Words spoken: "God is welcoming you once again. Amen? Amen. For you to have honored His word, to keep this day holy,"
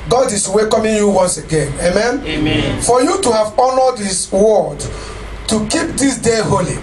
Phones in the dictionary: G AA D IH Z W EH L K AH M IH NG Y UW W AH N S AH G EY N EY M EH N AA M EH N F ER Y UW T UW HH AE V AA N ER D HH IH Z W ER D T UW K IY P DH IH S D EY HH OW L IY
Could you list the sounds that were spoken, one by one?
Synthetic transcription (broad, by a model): G AA D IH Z W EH K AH M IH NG Y UW W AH N S AH G EY N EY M M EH N F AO Y UW T UW HH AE V AA N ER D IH S W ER D T UW K IY P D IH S D EY HH OW L IY